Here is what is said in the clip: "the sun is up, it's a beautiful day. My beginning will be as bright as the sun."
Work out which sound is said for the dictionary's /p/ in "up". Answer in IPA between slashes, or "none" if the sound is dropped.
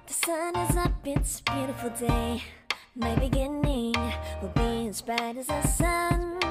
/b/